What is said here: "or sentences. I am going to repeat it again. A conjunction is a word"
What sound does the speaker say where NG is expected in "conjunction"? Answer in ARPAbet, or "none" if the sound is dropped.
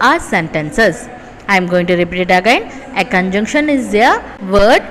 NG